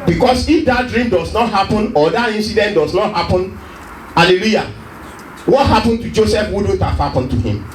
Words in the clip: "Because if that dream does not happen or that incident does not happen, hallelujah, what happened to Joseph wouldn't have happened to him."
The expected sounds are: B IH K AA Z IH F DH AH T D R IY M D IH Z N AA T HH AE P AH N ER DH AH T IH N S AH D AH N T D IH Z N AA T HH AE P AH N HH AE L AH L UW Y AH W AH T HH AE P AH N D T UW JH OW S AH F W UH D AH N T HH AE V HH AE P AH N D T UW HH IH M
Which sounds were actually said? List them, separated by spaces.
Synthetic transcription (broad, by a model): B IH K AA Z IH F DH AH T D R IY M D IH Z N AA T HH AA P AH N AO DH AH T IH N S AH D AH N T D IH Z N AA T HH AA P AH N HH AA L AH L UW Y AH W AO T HH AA P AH N T UW JH OW S AH F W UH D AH T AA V HH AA P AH N T UW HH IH M